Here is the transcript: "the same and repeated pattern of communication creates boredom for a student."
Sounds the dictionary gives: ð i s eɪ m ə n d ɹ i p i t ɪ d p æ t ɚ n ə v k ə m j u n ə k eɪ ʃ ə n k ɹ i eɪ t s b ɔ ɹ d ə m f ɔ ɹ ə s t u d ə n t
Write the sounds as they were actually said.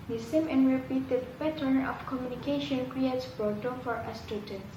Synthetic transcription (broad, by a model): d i s eɪ m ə n ɹ i p i t ɪ d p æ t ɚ n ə f k ə m j u n ə k eɪ ʃ ə n k ɹ i eɪ t s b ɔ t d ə f ɔ ɹ ə s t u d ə n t